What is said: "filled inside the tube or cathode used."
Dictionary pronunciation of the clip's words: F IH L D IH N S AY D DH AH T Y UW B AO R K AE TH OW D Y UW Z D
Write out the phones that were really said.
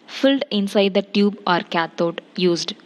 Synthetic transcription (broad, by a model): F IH L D IH N S AY D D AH T Y UW B AO R K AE T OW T Y UW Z D